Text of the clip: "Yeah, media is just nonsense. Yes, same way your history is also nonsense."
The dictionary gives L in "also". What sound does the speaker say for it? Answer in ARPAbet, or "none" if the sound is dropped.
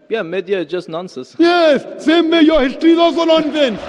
none